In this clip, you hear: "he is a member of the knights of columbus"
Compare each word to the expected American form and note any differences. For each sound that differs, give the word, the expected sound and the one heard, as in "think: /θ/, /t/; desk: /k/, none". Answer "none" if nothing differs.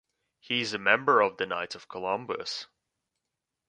knights: /s/, none